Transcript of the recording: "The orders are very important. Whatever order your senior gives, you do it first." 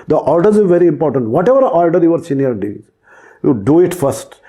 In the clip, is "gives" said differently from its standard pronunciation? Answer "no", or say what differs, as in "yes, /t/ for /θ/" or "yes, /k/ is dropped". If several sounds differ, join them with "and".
yes, /v/ is dropped